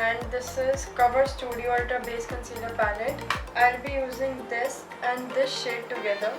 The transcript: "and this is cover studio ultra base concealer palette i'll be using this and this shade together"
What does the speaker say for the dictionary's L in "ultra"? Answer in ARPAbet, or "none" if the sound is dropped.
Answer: none